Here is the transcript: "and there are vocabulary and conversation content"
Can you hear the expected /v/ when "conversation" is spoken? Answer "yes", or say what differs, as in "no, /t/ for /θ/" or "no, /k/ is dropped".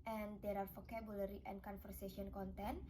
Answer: no, /f/ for /v/